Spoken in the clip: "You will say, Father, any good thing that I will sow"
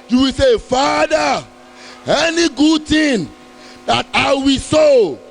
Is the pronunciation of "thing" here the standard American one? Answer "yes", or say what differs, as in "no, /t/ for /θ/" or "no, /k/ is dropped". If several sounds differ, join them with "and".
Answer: no, /t/ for /θ/